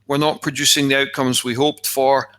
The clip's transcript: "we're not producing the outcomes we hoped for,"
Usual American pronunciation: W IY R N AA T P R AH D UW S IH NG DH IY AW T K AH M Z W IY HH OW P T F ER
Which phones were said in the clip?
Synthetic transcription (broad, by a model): W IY R N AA T P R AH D UW S IH NG DH IY AW T K AH M Z W IY HH OW P T F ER